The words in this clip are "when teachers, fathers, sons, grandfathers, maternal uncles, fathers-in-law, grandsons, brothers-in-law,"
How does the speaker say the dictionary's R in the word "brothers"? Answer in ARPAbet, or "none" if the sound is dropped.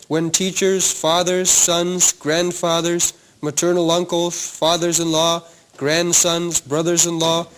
R